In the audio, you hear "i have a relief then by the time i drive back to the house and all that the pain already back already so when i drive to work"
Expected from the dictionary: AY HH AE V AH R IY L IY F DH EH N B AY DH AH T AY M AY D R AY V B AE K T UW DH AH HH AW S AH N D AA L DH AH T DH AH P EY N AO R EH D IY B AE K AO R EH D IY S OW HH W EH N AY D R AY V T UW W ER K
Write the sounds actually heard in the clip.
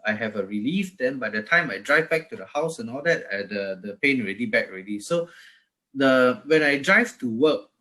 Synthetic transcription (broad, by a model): AY HH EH V AH R IY L IY F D EH N B AY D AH T AY M AY D R AY V B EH K T UW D AH HH AW S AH N AA L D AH T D AH P EY N AO R EH D IY B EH K AO R EH D IY S OW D W EH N AY D R AY V T UW W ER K